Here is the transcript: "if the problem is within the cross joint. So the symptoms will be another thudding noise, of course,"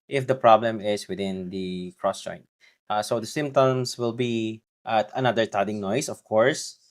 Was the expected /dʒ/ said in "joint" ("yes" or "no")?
no